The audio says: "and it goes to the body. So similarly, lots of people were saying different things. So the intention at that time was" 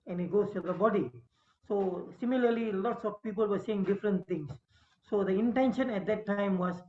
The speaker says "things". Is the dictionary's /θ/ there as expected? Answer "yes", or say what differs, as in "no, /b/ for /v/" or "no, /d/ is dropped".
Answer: no, /t/ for /θ/